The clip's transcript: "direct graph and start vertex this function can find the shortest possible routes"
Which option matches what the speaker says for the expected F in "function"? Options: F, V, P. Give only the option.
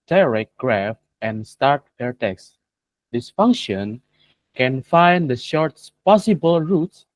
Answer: F